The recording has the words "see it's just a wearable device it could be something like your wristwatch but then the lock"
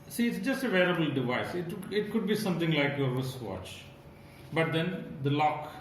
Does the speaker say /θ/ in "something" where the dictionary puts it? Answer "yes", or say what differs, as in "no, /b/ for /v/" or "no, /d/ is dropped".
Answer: no, /t/ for /θ/